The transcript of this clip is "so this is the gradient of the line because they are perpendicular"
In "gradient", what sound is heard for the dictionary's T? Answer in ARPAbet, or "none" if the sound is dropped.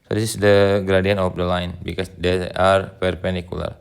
none